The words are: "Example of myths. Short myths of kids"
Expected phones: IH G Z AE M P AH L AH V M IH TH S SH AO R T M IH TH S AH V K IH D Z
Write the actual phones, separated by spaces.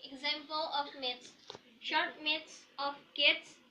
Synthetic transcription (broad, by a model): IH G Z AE M P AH L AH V M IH T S SH AO R T M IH T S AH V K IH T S